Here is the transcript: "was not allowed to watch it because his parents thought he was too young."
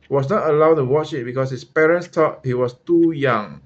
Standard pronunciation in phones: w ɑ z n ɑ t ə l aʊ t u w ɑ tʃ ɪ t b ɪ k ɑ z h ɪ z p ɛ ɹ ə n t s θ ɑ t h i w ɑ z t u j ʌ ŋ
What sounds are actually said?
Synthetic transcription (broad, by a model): w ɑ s n ɑ t ə l aʊ t u w ɑ tʃ ɪ t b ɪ k ɑ s h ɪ s p ɛ ɹ ə n t s t ɑ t h i w ɑ s t u j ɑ ŋ